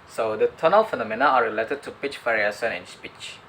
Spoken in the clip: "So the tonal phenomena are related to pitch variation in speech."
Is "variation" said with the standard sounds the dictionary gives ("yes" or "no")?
no